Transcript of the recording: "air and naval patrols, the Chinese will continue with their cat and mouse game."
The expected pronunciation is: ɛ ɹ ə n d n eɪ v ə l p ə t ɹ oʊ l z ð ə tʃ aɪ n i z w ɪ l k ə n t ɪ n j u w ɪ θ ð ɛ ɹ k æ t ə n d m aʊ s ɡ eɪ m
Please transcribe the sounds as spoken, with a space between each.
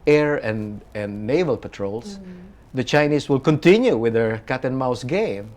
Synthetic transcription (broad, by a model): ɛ ɹ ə n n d eɪ v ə l p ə t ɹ oʊ l s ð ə tʃ aɪ n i s w ɪ l k ə n t ɪ n j u w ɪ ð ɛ ɹ k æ t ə n m aʊ s ɡ eɪ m